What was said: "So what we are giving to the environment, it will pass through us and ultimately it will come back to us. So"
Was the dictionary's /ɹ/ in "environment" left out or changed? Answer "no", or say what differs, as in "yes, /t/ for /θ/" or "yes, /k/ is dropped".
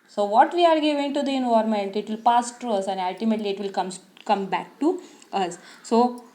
yes, /ɹ/ is dropped